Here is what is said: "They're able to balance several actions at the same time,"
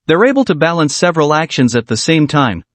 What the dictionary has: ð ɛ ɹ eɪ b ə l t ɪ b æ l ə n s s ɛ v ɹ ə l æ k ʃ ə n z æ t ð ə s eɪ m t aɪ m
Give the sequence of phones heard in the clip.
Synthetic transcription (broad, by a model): ð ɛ ɹ eɪ b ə l t ɪ b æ l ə n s s ɛ v ɹ ə l æ k ʃ ə n z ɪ t ð ə s eɪ m t aɪ m